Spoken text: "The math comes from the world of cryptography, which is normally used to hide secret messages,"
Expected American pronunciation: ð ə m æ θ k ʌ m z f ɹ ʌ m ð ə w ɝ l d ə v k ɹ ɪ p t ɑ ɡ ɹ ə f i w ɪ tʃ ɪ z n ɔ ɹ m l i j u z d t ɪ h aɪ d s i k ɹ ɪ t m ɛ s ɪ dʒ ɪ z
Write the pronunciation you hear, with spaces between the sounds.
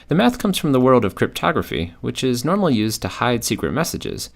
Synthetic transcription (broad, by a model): ð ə m æ θ k ʌ m z f ɹ ʌ m ð ə w ɝ l d ə v k ɹ ɪ p t ɑ ɡ ɹ ə f i w ɪ tʃ ɪ z n ɔ ɹ m l i j u z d t ɪ h aɪ d s i k ɹ ɪ t m ɛ s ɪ dʒ ɪ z